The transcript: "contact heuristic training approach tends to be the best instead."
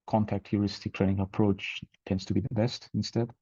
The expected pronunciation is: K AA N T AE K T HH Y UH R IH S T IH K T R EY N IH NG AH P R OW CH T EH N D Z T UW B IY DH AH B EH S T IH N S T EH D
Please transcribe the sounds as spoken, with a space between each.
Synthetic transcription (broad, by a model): K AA N T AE K T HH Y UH R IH S T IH K T R EY N IH NG AH P R OW CH T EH N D S T UW B IY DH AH B EH S T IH N S T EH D